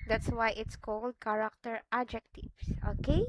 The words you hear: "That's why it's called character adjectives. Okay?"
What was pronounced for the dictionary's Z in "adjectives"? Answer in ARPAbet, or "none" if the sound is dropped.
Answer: S